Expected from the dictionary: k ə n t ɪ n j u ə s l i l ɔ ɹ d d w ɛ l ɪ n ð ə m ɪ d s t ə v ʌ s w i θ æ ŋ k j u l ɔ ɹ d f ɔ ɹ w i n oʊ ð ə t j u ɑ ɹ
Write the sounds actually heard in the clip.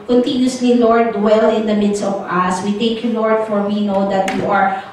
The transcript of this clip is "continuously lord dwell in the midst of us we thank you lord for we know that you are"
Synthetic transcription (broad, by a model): k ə n t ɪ n j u s l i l ɔ ɹ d d w ɛ l ɪ n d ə m ɪ d s t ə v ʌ s w i t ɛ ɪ k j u l ɔ ɹ d f ɔ ɹ w i n oʊ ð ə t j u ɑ ɹ